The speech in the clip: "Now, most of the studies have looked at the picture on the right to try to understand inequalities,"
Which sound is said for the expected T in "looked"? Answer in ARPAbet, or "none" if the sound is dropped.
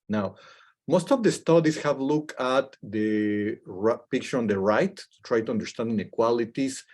none